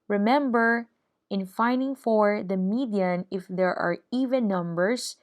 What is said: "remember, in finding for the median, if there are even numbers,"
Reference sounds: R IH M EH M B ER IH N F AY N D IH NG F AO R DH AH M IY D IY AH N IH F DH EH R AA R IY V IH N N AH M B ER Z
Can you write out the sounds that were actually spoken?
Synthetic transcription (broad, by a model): R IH M EH M B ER IH N F AY N D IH NG F AO R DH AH M IY D IY AH N IH F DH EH R AA R IY V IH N N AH M B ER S